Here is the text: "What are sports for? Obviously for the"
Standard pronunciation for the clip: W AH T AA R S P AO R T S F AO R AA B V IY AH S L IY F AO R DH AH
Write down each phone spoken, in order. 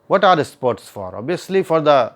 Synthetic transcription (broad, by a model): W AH T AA R S P AO R T S F AO R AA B IY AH S L IY F AO R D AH